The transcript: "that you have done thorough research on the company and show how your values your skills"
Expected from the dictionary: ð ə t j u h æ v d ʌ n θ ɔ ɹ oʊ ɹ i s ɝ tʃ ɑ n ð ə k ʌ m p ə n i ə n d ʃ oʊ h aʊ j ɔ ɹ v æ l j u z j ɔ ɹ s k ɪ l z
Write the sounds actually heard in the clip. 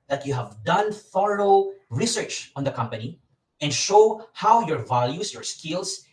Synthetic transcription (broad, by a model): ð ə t j u h æ v d ʌ n f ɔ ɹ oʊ ɹ i s ɝ tʃ ɑ n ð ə k ʌ m p ə n i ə n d ʃ oʊ h aʊ j ɔ ɹ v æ l j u s j ɔ ɹ s k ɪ l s